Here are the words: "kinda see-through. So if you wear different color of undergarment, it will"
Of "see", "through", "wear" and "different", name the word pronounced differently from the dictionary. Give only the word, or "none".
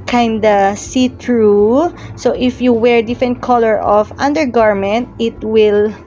through